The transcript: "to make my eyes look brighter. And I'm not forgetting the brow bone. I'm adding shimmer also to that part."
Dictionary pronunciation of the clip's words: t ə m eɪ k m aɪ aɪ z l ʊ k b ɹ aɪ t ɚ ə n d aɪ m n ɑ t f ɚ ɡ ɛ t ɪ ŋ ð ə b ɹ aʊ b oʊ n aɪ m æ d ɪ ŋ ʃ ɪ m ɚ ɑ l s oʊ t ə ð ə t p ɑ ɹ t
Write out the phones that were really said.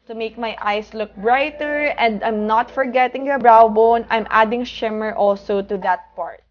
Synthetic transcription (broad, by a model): t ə m eɪ k m aɪ aɪ s l ʊ k b ɹ aɪ t ɚ ə n d aɪ m n ɑ t f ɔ ɡ ɛ t ɪ ŋ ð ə b ɹ aʊ b oʊ n aɪ m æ d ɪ ŋ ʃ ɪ m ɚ ɑ l s oʊ t ə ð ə t p ɑ ɹ t